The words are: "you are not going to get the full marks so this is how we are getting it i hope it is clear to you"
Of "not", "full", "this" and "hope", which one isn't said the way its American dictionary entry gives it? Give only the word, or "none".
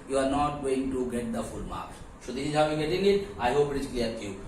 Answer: this